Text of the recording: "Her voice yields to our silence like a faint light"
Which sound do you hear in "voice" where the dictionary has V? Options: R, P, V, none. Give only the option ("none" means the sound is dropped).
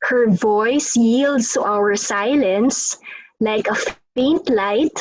V